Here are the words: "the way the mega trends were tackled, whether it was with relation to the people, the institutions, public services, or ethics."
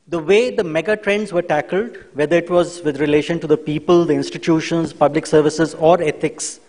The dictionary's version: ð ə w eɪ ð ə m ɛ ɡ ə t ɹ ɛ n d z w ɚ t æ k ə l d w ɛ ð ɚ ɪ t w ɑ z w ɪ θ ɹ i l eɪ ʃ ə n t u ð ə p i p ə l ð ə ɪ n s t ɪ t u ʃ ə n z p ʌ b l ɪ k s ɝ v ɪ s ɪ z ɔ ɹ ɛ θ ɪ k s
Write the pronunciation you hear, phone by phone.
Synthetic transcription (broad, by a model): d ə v eɪ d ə m ɛ ɡ ə t ɹ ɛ n d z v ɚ t æ k ə l d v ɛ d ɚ ɪ t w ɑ z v ɪ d ɹ i l eɪ ʃ ə n t u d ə p i p ə l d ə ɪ n s t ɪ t u ʃ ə n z p ʌ b l ɪ k s ɝ v ɪ s ɪ z ɔ ɹ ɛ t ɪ k s